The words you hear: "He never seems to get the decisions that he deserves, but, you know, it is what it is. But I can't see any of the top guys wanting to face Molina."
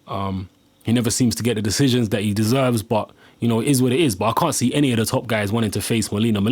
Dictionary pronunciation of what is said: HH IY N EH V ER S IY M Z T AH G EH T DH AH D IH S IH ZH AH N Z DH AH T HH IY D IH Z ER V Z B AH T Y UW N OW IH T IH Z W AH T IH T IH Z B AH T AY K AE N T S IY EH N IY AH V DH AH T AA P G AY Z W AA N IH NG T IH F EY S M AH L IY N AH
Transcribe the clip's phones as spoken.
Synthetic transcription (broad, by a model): HH IY N EH V ER S IY M Z T AH G EH T DH AH D IH S IH ZH AH N Z DH AH T HH IY D IH Z ER V Z B AH T Y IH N OW IH T IH Z W AH T IH T IH Z B AH T AY K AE N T S IY EH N IY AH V DH AH T AA P G AY Z W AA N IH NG T IH F EY S M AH L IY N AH